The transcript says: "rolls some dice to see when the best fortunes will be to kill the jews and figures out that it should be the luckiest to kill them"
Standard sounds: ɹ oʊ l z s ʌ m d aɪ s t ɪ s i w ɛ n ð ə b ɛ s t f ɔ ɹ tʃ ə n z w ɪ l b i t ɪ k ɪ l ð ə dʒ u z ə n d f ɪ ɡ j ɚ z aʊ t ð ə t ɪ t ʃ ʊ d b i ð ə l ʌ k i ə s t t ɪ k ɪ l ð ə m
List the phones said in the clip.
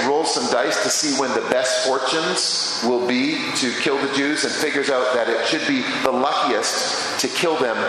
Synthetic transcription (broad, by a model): ɹ oʊ l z s ʌ m d aɪ s t ɪ s i w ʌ n ð ə b ɛ s t f ɔ ɹ tʃ ə n z w ɪ l b i t ɪ k ɪ l ð ə dʒ u z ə n f ɪ ɡ j ɚ z aʊ t ð ə t ɪ t ʃ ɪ d b i ð ə l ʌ k i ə s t t ɪ k ɪ l ð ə m